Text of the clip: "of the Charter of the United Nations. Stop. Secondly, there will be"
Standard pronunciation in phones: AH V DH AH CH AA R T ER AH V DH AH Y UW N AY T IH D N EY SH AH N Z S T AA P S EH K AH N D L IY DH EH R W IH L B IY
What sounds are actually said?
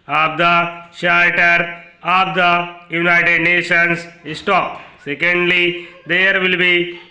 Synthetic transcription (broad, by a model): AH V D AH SH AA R T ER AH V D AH Y UW N AY T IH D N EY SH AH N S S T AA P S EH K AH N D L IY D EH R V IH L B IY